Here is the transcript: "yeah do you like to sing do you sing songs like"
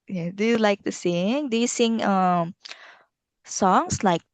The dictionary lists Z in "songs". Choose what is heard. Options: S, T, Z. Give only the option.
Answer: S